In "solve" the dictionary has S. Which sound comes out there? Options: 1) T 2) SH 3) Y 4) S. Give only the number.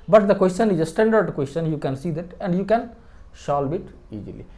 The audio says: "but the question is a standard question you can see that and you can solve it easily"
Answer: 2